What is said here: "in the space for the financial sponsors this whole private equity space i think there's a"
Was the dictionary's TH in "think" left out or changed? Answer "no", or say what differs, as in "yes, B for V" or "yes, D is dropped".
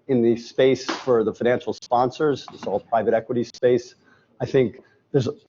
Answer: no